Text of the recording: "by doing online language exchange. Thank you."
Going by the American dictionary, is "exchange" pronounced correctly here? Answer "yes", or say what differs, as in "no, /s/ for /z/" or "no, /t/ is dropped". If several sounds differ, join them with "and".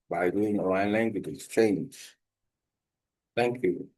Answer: yes